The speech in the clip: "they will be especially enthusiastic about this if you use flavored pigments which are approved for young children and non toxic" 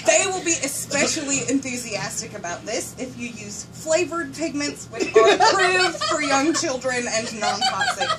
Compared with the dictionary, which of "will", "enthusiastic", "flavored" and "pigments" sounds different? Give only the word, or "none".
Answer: none